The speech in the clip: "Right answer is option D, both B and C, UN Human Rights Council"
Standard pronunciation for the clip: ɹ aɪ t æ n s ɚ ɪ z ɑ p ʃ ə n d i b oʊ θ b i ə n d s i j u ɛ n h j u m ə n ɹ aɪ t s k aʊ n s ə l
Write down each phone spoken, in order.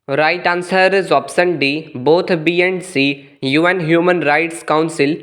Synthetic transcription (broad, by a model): ɹ aɪ t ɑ n s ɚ ɪ z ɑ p s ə n d i b oʊ t b i ə n d s i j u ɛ n h j u m ə n ɹ aɪ t s k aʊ n s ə l